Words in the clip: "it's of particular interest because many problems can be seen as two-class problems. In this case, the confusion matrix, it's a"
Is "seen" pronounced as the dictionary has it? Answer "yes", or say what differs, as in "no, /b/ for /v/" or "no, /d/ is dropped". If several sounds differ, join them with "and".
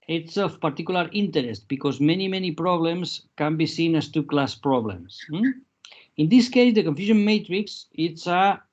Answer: yes